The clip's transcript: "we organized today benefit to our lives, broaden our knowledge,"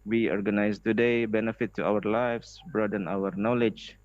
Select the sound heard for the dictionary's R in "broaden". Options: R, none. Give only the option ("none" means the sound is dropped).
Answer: R